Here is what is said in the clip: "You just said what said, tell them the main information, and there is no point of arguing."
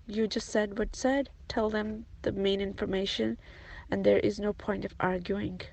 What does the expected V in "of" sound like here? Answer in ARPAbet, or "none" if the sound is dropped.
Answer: V